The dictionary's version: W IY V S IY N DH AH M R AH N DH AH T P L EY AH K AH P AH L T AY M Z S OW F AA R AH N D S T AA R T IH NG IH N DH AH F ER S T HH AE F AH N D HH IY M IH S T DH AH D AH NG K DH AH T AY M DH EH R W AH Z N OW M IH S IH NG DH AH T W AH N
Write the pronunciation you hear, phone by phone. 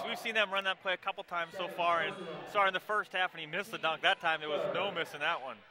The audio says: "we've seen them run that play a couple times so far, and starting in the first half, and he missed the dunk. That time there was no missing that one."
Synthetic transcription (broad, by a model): W IY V S IY N DH AH M R AH N DH AH T P L EY AH K AH P L T AY M Z S OW F AA R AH N S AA R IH IH N DH AH F ER S T HH AE F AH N IY M IH S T DH AH D AH NG K DH AH T AY M DH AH R W AH Z N OW M IH S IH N DH AH T W AH N